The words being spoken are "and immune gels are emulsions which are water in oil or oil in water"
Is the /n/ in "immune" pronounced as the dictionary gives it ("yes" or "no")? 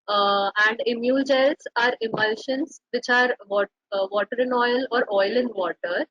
no